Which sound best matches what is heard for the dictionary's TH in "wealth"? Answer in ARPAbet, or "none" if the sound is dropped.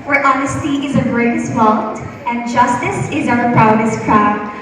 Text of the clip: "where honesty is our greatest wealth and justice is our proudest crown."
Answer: T